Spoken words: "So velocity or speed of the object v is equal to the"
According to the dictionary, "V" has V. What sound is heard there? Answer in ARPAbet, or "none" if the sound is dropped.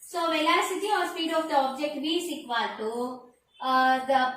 B